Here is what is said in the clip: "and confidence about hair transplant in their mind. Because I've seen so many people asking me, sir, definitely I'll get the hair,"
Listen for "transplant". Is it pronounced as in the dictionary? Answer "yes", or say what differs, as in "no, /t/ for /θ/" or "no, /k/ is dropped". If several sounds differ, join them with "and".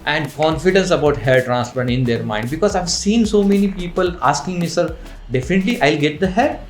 no, /l/ is dropped and /n/ is dropped